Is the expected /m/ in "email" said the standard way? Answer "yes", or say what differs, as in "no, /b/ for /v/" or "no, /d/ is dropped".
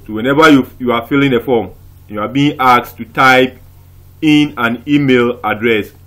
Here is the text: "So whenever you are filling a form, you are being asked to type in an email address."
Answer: yes